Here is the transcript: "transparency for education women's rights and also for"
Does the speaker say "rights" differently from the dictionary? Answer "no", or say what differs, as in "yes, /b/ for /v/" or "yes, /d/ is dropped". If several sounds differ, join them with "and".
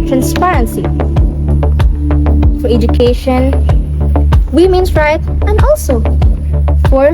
yes, /s/ is dropped